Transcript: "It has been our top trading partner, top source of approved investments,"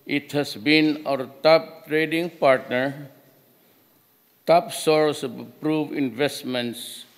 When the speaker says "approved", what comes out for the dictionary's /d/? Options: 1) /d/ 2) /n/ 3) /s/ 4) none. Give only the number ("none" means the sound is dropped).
4